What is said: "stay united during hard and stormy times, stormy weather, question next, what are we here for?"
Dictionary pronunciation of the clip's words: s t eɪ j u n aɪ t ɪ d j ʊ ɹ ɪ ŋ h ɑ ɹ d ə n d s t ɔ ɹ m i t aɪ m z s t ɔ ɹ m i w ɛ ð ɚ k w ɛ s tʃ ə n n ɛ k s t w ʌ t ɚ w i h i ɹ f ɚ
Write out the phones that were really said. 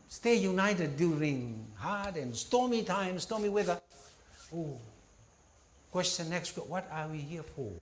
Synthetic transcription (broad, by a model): s t eɪ j u n aɪ t ɪ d j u ɹ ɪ ŋ h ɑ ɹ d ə n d s t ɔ m i t aɪ m s t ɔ m i w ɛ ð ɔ k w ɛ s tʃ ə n n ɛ k s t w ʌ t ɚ w i h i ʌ f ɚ